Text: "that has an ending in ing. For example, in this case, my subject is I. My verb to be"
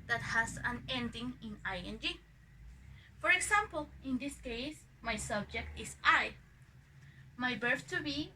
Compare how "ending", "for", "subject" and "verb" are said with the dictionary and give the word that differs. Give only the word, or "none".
verb